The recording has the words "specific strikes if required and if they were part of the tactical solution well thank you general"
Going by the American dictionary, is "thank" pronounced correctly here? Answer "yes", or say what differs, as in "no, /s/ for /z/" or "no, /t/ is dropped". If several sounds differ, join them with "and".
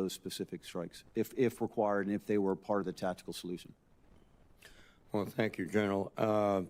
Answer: yes